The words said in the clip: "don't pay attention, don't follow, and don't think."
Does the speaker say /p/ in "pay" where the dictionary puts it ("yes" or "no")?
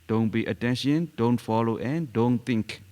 no